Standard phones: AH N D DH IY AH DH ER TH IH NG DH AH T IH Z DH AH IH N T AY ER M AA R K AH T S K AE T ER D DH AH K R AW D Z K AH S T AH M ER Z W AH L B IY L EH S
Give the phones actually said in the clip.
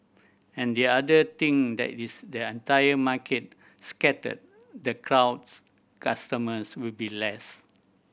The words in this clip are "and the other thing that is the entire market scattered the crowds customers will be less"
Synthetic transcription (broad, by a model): AH N D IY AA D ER T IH NG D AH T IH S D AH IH N T AY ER M AA K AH T S K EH T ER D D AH K R AW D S K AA S T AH M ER S W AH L B IY L EH S